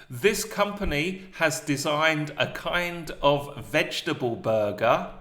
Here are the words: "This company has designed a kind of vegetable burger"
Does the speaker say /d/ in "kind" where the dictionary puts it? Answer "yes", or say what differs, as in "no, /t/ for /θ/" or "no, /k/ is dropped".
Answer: yes